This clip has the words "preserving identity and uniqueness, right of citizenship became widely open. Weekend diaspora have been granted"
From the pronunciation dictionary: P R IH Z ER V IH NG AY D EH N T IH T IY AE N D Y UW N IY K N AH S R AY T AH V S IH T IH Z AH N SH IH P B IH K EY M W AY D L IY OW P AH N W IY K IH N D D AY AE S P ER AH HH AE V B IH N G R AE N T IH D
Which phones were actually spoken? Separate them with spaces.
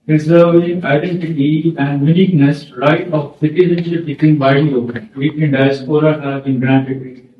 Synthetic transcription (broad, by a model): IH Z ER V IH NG AY D EH N T IH T IY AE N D Y UW N IY K N AH S R AY T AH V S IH T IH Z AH N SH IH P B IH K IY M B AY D IY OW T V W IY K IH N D D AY S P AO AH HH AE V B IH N G R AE N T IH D